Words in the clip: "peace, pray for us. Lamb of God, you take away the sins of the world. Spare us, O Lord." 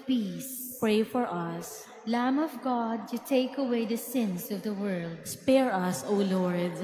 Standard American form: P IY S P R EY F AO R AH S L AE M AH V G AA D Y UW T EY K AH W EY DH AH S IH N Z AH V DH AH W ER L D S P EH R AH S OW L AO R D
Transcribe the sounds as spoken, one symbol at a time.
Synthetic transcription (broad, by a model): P IY S P R EY F AO R AH S L AE M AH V G AA D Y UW T EY K AH W EY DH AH S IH N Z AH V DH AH W ER L D S P EH R AH S OW L AO R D